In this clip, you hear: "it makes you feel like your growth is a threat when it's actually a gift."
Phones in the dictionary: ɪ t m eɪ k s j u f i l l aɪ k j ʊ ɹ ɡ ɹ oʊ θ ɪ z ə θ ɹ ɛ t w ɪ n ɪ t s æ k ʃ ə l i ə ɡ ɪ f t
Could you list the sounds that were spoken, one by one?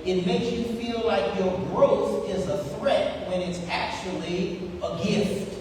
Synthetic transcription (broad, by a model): ɪ t m eɪ k s j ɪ f i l l aɪ k j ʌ ɹ ɡ ɹ oʊ θ ɪ z ə θ ɹ ɛ t w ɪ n ɪ t s æ k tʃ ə l i ə ɡ ɪ f t